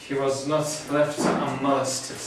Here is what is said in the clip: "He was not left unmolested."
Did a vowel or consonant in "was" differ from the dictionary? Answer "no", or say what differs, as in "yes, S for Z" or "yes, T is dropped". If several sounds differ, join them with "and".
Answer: no